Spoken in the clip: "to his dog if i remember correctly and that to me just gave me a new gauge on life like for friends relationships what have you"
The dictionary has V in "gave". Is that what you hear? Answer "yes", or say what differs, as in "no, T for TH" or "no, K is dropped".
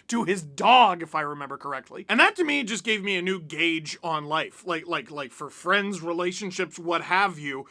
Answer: yes